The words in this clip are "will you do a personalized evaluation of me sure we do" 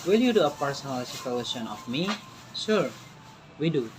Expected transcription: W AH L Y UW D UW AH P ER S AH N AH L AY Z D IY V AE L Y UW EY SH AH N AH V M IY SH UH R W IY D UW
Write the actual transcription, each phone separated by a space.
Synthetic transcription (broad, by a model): W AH L Y UW D UW AH P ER S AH N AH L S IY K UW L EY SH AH N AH F M IY S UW R W IY D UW